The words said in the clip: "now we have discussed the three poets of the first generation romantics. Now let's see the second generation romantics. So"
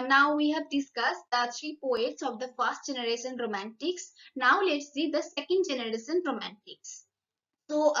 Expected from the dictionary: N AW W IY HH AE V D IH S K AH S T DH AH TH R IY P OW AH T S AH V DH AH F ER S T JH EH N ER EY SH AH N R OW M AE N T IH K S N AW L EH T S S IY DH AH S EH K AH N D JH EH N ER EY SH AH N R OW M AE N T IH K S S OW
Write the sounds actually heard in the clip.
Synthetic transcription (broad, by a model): N AW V IY HH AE V D IH S K AH S T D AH T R IY P OW AH T S AH V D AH F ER S T JH EH N ER EY SH AH N R OW M AE N T IH K S N AW L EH T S S IY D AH S EH K AH N D JH EH N ER EY SH AH N R OW M AE N T IH K S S OW